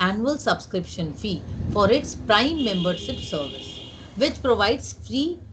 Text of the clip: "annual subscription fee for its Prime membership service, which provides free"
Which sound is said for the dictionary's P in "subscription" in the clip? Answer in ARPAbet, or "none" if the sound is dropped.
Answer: P